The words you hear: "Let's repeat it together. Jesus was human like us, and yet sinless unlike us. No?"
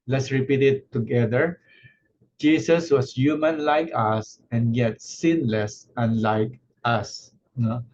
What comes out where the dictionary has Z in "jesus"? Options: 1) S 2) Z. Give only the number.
1